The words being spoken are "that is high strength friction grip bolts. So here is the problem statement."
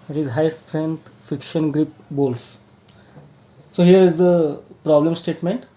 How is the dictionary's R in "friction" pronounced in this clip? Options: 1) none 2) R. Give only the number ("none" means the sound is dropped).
1